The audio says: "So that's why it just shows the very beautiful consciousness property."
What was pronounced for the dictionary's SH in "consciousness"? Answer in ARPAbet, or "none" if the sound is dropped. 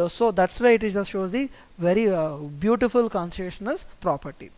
S